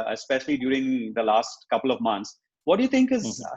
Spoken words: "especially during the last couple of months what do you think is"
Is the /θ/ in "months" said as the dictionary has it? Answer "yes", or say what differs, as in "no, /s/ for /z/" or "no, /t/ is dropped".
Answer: no, /t/ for /θ/